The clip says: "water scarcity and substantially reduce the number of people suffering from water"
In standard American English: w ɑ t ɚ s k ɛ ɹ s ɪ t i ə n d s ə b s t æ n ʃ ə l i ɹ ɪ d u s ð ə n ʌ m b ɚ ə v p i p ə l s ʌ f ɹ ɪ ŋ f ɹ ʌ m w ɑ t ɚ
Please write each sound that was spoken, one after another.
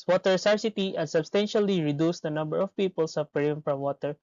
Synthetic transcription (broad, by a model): w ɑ t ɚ s ɑ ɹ s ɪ t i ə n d s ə b s t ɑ n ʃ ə l i ɹ ɪ d u s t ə n ʌ m b ɚ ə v p i p ə l s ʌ p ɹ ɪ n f ɹ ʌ m w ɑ t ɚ